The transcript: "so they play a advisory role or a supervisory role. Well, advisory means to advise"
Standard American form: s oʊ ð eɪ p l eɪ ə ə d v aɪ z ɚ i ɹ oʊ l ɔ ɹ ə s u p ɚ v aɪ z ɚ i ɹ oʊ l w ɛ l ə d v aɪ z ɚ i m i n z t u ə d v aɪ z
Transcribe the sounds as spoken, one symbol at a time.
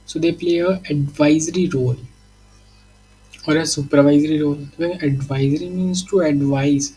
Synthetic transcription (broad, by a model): s oʊ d eɪ p l eɪ ə ə d v aɪ z ɚ i ɹ oʊ l ɔ ɹ ə s u p ɚ v aɪ z ɚ i ɹ oʊ l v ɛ n ə d v aɪ z ɚ i m i n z t u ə d v aɪ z